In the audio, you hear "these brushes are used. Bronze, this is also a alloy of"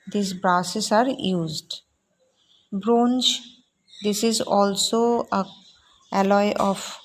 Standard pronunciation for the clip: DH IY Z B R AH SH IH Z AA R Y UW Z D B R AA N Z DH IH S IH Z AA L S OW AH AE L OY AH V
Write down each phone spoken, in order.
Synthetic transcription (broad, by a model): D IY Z B R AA S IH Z AA R Y UW Z D B R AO N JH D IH S IH Z AA L S OW AH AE L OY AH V